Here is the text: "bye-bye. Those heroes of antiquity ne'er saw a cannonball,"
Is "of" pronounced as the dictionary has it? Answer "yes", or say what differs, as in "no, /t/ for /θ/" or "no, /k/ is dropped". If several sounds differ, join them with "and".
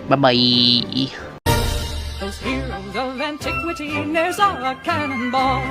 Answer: yes